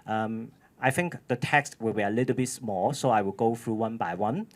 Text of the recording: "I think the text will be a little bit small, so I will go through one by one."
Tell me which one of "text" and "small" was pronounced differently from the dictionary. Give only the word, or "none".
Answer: none